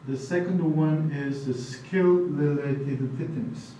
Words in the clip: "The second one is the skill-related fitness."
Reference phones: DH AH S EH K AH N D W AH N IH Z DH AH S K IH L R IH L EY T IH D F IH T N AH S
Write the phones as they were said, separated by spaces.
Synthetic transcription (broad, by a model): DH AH S EH K AH N D W AH N IH Z DH AH S K IH L L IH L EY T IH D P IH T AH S